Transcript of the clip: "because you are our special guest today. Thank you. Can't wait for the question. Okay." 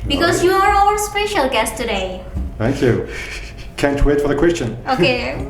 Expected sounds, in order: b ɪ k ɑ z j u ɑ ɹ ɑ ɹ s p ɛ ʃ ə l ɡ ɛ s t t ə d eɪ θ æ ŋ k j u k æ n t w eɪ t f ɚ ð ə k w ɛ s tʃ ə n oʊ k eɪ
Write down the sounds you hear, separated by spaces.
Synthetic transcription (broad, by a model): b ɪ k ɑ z j u ɑ ɹ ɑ l s p ɛ ʃ ə l ɡ ɛ s t t ə d eɪ θ æ ŋ k j u k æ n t w eɪ t f ɚ ð ə k w ɛ s tʃ ə n oʊ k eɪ